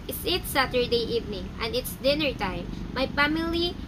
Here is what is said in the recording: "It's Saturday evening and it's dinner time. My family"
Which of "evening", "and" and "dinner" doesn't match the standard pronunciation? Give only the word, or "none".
none